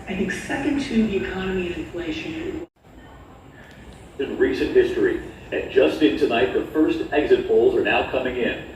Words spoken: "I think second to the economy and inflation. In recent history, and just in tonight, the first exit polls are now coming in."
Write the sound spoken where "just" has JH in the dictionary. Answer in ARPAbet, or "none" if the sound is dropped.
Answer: ZH